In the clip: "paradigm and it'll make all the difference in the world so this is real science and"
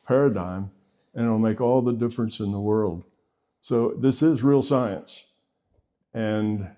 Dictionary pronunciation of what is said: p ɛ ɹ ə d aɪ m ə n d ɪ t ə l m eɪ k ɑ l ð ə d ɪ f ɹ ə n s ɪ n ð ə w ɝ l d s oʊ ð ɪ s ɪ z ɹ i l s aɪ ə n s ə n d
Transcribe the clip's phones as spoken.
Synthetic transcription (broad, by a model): p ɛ ɹ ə d aɪ m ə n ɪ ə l m eɪ k ɑ l ð ə d ɪ f ɹ ə n s ɪ n ð ə w ɝ l d s oʊ ð ɪ s ɪ z ɹ i l s aɪ ə n s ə n